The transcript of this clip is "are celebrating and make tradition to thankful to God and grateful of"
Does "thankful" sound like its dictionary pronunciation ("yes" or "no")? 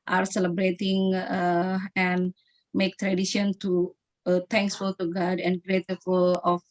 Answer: no